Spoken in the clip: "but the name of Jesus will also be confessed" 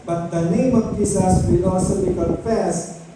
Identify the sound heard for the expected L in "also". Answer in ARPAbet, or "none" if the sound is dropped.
none